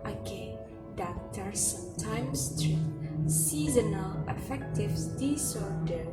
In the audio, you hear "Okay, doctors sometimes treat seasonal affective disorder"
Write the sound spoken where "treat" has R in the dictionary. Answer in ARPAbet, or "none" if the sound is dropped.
none